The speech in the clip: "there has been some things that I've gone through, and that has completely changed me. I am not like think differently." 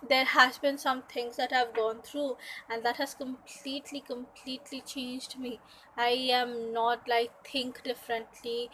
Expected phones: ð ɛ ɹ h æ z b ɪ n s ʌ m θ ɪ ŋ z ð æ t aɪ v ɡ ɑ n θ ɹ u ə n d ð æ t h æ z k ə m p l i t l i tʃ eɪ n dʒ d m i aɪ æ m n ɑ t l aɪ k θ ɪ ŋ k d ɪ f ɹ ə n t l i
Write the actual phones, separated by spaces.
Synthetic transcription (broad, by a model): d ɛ ɹ h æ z b ɪ n s ʌ m t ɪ ŋ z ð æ t aɪ v ɡ ɑ n t ɹ u ə n d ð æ t h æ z k ə m p l i t l i tʃ eɪ n dʒ d m i aɪ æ m n ɑ t l aɪ k t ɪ ŋ k d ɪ f ɹ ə n t l i